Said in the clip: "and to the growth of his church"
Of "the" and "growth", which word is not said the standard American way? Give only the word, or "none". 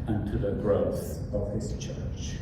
none